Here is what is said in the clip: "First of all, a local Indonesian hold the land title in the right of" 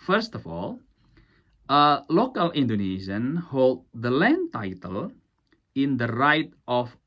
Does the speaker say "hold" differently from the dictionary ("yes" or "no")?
no